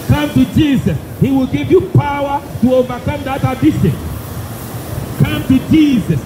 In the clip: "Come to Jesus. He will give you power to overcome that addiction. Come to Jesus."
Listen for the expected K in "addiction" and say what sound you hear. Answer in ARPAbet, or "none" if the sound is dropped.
none